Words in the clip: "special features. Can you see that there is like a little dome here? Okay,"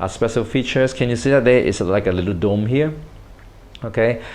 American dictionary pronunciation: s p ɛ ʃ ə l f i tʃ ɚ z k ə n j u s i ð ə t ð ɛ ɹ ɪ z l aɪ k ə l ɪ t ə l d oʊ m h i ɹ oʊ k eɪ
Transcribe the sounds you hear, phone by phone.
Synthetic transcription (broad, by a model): s p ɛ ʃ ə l f i tʃ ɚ s k ə n j u s i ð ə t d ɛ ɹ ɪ s l aɪ k ə l ɪ t ə l d oʊ m h i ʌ oʊ k eɪ